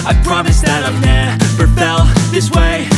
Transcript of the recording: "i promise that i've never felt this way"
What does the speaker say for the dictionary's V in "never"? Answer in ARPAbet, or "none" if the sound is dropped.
P